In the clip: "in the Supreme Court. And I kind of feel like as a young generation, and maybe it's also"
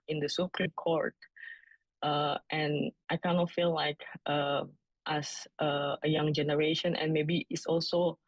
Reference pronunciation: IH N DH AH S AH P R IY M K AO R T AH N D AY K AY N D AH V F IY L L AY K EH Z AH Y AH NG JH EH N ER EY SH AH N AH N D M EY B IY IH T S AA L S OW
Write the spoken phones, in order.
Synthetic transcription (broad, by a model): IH N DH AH S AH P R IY K AO R T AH N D AY K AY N AH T F IY L L AY K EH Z AH Y AH NG JH EH N ER EY SH AH N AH N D M EY B IY IH T S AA L S OW